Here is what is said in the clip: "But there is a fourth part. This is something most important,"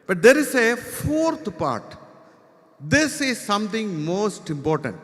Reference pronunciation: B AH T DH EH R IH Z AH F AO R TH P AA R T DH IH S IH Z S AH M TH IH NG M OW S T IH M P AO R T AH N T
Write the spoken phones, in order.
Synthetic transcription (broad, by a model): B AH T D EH R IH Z AH F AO R T P AA R T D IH S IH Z S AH M T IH NG M OW S T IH M P AO R T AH N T